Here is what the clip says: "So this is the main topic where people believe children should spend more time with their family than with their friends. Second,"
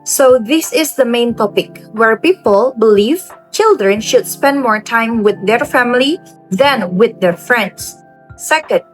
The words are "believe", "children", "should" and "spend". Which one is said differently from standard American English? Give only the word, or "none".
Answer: none